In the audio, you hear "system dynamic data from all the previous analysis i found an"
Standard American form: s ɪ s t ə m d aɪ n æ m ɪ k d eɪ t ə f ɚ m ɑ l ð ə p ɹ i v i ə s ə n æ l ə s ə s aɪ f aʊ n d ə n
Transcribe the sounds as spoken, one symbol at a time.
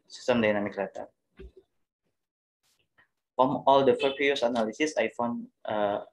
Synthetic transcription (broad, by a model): s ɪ s t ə m d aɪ n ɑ m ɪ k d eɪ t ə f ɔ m ɑ l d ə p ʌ p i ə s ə n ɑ l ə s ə s aɪ f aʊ n ə